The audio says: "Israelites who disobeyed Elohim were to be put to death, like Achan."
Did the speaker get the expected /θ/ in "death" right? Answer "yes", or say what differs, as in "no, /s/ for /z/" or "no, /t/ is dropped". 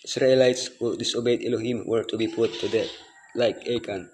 no, /t/ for /θ/